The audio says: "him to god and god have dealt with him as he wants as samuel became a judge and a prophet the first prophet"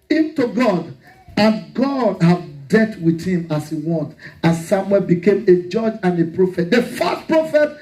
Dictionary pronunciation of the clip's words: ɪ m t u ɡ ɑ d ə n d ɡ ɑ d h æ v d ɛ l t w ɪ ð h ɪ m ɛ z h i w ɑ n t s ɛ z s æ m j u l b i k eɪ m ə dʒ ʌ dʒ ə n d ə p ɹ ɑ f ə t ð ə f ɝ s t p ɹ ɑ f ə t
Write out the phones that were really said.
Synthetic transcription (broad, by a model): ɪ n t u ɡ ɑ d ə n ɡ ɑ d h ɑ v d ɛ t w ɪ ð h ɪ m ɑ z h i w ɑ n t ɑ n s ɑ m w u l b i k eɪ m ə dʒ ʌ dʒ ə n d ə p ɹ ɑ f ə t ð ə f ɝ s t p ɹ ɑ f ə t